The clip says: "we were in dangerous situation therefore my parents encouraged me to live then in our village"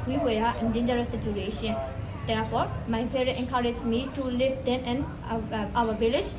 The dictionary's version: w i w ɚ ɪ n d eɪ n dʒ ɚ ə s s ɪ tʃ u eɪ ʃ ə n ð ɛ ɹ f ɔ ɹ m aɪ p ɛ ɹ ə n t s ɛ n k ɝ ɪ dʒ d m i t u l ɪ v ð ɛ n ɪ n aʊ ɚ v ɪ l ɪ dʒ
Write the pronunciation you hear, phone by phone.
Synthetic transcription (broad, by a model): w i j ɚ ɪ n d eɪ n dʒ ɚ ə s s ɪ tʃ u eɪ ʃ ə n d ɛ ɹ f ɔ ɹ m aɪ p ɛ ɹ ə t ɛ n k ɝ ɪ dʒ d m i t u l ɪ v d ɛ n ɪ n aʊ ɚ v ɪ l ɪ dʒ